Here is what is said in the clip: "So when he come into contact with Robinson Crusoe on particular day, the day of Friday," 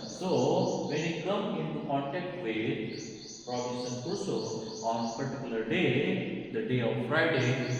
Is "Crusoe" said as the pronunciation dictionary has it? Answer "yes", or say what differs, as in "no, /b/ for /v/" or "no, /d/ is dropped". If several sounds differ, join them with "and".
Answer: no, /ɹ/ is dropped